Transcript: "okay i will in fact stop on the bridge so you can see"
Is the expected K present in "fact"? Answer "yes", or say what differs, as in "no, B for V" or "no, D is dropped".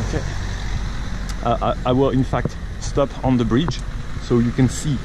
yes